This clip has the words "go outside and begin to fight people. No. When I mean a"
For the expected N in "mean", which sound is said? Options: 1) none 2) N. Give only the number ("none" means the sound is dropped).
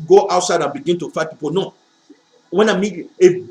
1